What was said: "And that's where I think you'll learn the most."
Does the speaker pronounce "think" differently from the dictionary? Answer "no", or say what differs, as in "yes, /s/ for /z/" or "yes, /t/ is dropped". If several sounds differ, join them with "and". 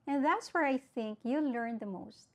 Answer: no